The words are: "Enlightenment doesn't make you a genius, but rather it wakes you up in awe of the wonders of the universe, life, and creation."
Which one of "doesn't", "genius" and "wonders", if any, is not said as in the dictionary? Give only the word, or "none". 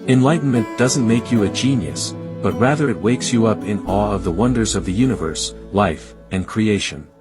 none